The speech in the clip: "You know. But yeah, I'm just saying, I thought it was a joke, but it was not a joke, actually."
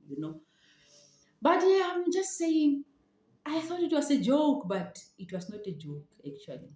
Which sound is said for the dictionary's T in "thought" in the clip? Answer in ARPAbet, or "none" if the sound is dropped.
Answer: T